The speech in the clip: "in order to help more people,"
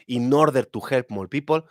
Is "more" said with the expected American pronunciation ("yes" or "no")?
no